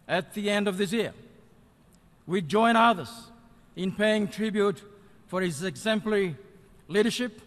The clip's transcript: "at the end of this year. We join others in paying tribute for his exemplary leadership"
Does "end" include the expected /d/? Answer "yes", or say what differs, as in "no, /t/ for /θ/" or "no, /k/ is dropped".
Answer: yes